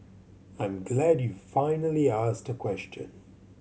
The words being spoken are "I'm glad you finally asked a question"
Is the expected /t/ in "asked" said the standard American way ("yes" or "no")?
yes